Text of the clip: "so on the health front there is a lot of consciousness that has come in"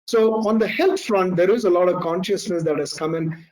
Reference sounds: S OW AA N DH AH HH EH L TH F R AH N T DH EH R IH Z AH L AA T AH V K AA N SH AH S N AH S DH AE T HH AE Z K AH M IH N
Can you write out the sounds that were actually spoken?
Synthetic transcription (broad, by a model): S OW AA N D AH HH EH L T F R AH N T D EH R IH Z AH L AA T AH V K AA N SH AH S N AH S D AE T HH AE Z K AH M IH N